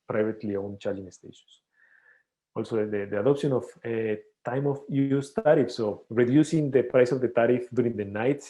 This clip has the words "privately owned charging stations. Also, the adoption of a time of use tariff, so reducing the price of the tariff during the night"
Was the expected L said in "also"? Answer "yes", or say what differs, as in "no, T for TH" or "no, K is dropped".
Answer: yes